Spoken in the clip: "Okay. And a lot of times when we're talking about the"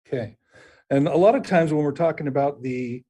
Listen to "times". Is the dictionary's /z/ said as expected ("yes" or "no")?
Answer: yes